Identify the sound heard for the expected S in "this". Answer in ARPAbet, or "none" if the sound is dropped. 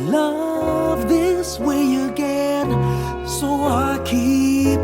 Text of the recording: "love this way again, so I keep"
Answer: S